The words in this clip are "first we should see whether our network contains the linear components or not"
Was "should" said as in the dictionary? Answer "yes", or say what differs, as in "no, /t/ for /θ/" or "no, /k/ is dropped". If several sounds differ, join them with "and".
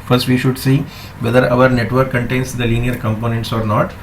yes